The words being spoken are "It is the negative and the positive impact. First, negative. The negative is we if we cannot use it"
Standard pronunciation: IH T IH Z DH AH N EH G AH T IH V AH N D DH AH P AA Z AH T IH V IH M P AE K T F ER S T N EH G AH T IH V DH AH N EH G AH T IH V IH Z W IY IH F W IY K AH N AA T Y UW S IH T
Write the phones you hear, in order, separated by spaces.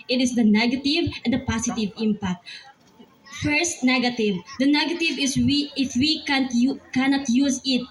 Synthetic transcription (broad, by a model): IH T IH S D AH N EH G AH T IH V AH N D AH P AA S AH T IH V IH M P AE K T F ER S T N EH G AH T IH V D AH N EH G AH T IH V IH S W IY IH F W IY K AH N AA T Y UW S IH T